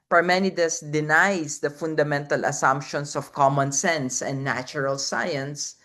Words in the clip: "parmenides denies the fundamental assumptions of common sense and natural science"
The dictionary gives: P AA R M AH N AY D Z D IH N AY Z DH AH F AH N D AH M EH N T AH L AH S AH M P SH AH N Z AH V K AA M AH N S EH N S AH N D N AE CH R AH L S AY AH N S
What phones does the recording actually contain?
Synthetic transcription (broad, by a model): P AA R M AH N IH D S D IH N AY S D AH F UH N D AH M EH N T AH L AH S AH M P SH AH N S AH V K AA M AH N S EH N S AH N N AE CH R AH L S AY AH N S